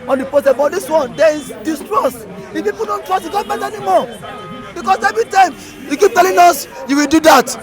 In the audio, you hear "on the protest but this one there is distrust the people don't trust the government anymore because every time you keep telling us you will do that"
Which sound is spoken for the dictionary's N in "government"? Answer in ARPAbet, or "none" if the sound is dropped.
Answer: none